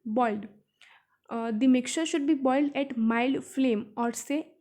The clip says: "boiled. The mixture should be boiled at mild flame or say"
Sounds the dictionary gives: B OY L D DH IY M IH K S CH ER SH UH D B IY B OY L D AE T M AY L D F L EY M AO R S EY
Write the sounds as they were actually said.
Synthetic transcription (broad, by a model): B OY L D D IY M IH K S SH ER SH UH D B IY B OY L D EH T M AY L D F L EY M AO R S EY